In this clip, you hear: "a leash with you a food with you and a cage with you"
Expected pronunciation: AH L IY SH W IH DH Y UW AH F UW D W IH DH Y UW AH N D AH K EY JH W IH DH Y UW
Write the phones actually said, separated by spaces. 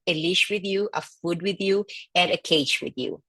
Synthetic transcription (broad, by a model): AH L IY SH W IH DH Y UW AH F UW D W IH DH Y UW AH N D AH K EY CH W IH DH Y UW